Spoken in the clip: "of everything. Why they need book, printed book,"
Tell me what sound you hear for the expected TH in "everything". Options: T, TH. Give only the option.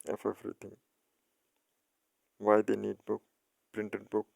T